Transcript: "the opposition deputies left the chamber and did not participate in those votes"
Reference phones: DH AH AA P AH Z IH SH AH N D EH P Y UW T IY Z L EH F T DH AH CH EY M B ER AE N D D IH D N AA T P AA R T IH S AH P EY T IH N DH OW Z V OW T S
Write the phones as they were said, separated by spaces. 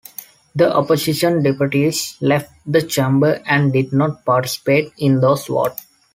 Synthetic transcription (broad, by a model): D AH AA P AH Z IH SH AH N D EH P Y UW T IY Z L EH F T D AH CH EY M B ER AE N D D IH D N AA T P AA R T IH S AH P EY T IH N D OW S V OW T